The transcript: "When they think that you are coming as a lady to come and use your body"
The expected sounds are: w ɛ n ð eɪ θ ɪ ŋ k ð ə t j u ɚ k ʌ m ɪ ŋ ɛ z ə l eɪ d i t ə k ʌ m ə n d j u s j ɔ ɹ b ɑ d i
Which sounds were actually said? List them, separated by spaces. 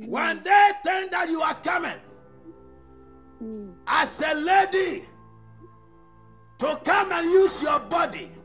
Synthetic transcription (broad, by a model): w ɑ n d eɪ t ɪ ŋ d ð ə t j u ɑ k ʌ m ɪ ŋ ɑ s ə l eɪ d i t ə k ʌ m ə n j u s j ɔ b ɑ d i